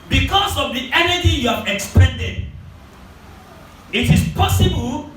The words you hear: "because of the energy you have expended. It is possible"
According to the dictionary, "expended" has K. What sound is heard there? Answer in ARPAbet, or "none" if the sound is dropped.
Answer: K